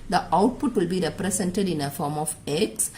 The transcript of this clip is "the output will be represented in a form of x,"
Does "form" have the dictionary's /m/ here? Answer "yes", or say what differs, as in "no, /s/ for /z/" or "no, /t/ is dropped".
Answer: yes